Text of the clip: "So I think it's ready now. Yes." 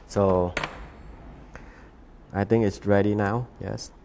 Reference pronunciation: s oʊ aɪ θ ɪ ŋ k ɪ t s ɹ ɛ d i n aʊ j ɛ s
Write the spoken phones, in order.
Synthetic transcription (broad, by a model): s oʊ aɪ t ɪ ŋ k ɪ t s ɹ ɛ d i n aʊ j ɛ s